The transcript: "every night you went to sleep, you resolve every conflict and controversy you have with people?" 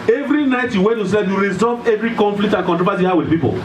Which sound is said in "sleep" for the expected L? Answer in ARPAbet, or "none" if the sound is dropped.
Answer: none